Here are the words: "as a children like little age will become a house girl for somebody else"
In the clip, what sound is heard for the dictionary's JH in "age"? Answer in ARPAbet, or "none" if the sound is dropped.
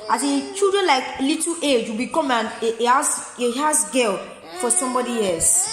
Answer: JH